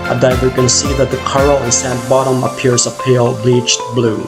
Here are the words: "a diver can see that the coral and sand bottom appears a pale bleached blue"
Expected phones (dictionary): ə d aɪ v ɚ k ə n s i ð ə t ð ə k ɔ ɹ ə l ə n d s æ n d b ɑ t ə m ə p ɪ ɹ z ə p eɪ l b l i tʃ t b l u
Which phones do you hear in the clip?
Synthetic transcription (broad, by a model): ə d aɪ v ɚ k ə n s i ð ə t ð ə k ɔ ɹ l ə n s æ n b ɑ t ə m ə p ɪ ɹ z ə p eɪ l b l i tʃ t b l u